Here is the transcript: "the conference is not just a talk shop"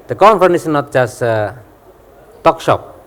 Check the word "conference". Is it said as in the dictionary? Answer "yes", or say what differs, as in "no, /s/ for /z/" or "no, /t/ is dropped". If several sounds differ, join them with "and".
no, /ɹ/ is dropped